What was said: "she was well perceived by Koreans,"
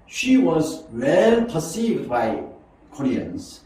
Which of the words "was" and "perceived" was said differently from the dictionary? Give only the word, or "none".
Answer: none